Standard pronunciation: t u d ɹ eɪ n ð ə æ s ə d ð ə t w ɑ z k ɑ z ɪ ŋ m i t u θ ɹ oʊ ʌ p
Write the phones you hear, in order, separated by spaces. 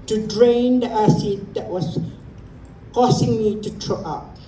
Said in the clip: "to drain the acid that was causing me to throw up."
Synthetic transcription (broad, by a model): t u d ɹ eɪ n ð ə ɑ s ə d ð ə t w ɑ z k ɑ s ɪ ŋ m i t u t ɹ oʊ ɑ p